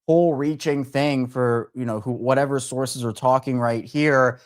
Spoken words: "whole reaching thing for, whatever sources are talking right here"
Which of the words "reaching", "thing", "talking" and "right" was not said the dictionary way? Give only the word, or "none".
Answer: none